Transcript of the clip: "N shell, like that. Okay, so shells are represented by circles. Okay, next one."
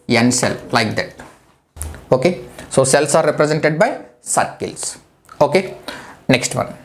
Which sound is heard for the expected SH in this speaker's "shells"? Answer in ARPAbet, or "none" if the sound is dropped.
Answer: S